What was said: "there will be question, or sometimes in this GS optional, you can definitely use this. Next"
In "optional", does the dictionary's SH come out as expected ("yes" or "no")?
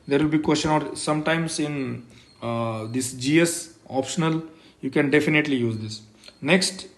yes